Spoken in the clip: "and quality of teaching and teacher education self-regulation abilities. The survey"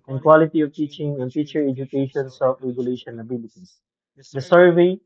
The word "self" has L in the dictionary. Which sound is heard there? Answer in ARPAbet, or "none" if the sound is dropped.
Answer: none